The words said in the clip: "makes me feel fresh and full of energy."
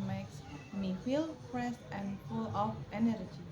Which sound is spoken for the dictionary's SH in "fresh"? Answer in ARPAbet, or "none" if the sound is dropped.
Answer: S